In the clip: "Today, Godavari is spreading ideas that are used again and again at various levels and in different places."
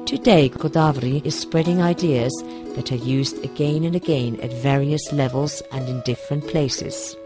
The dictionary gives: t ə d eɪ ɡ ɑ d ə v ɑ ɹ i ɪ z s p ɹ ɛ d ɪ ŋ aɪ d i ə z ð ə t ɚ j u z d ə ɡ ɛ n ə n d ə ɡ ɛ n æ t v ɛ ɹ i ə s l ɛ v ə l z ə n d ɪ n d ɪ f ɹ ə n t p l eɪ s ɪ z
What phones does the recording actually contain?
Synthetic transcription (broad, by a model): t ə d eɪ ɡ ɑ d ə v ɹ i ɪ z s p ɹ ɛ d ɪ ŋ aɪ d i ə z ð ə t ɚ j u z d ə ɡ ɛ n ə n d ə ɡ ɛ n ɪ t v ɛ ɹ i ə s l ɛ v ə l z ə n ɪ n d ɪ f ɹ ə n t p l eɪ s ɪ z